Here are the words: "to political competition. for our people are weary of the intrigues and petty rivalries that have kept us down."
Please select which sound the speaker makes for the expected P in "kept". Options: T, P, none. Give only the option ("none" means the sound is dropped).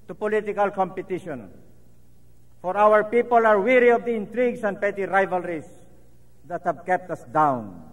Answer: P